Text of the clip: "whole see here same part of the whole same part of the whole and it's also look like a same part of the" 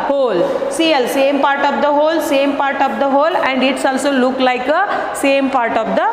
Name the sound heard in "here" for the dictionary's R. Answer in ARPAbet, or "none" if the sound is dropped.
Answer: L